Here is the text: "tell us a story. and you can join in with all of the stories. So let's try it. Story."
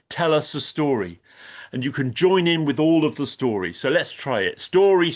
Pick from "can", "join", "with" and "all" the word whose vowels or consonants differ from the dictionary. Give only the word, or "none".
none